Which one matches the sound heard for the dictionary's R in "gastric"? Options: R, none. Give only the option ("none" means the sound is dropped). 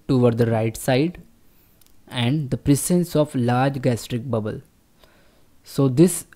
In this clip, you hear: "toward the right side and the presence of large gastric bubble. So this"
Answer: R